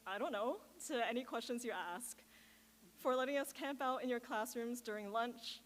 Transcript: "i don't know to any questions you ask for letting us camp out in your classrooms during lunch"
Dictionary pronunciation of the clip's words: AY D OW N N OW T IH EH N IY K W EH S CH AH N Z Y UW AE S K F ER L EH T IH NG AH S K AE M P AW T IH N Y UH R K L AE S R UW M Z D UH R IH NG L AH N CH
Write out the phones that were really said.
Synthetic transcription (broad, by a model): AY D OW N N OW T IH EH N IY K W EH S CH AH N Z Y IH AE S K F ER L EH T IH NG AH S K AE M P AW T IH N Y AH R K L AE S R UW M Z D UH R IH NG L AH N CH